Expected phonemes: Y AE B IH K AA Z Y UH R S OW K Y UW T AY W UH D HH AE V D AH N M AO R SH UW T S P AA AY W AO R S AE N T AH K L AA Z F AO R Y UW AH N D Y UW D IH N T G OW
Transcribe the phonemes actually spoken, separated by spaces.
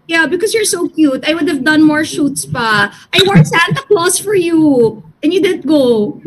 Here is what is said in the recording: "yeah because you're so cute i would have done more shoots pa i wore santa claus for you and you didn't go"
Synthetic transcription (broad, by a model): Y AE B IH K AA S Y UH R S OW K Y UW T AY W UH D HH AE V D AH N M AO R SH UW T S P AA AY W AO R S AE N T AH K L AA S F AO R Y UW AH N Y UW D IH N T G OW